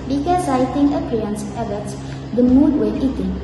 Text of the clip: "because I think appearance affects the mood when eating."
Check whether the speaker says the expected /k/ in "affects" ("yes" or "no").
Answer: no